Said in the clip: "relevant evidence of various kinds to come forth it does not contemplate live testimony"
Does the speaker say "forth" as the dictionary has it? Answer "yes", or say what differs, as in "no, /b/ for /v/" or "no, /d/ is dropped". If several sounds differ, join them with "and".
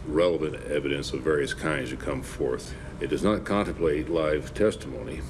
yes